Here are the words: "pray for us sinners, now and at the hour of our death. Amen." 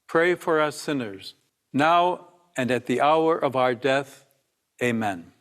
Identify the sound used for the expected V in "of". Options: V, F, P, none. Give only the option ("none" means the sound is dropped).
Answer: V